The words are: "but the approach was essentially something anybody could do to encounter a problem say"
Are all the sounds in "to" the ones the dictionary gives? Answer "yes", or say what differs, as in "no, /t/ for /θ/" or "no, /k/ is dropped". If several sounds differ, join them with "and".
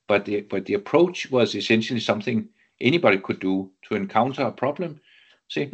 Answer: no, /s/ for /t/